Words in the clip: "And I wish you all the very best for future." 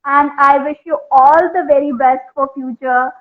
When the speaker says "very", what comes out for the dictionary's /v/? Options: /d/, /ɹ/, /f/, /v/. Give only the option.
/v/